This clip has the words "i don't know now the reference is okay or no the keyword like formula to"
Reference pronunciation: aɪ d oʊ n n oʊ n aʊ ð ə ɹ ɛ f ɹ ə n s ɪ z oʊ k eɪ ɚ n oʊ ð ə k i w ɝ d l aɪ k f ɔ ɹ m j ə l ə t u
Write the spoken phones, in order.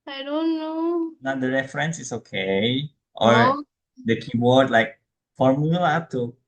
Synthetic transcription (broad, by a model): aɪ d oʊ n n oʊ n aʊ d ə ɹ ɛ f ɹ ə n s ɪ s oʊ k eɪ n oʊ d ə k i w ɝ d l aɪ k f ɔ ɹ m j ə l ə t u